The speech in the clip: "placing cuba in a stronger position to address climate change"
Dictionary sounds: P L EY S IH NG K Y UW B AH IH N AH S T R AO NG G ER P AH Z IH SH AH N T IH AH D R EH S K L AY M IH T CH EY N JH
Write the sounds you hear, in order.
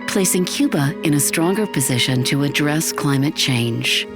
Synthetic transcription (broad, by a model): P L EY S IH NG K Y UW B AH IH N AH S T R AO NG G ER P AH Z IH SH AH N T IH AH D R EH S K L AY M IH T CH EY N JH